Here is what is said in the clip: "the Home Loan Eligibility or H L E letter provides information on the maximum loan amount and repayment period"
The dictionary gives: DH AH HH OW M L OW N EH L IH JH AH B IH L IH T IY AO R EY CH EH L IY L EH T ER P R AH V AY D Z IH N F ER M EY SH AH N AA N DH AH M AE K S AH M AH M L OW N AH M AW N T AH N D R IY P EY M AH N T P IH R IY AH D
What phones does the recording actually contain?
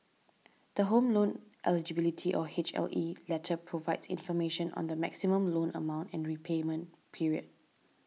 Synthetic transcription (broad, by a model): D AH HH OW M L OW N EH L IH JH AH B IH L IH T IY AO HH EY CH EH L IY L EH T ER P R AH V AY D S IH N F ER M EY SH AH N AA N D AH M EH K S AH M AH M L OW N AH M AW N T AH N R IY P EY M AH N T P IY R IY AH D